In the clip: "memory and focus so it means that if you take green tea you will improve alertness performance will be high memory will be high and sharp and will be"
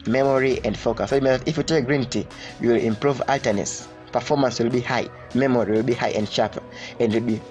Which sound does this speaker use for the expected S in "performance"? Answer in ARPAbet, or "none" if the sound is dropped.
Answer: S